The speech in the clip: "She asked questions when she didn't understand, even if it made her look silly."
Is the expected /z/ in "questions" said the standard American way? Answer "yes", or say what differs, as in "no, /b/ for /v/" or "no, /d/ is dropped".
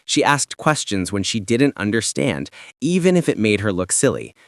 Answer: yes